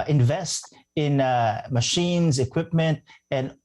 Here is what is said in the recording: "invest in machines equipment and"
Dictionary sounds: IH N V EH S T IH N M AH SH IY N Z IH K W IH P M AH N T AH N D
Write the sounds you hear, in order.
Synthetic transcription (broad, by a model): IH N V EH S T IH N M AH SH IY N Z IH K W IH P M AH N T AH N